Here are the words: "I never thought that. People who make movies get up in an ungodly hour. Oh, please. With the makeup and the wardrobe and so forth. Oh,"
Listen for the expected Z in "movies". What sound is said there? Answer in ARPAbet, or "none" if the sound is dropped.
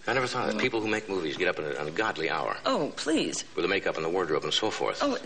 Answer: Z